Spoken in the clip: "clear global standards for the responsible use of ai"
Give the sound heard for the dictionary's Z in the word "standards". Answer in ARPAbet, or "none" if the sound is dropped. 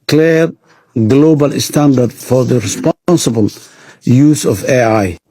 none